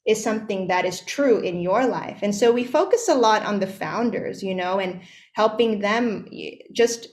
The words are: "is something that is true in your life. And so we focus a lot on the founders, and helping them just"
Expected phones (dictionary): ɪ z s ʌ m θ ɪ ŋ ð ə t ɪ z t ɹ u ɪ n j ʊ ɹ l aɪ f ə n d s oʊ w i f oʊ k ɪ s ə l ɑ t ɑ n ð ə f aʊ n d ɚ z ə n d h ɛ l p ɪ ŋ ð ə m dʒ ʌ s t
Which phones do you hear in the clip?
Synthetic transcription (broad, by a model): ɪ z s ʌ m θ ɪ ŋ ð ə t ɪ z t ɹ u ɪ n j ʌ ɹ l aɪ f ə n s oʊ w i f oʊ k ɪ s ə l ɑ t n ð ə f aʊ n d ɚ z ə n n h ɛ l p ɪ ŋ ð ə m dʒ ʌ s t